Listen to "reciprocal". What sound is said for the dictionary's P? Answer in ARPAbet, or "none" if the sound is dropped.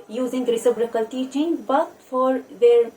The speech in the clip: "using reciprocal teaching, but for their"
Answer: B